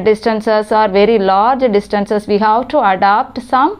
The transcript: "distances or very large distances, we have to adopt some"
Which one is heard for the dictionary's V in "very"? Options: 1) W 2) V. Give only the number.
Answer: 2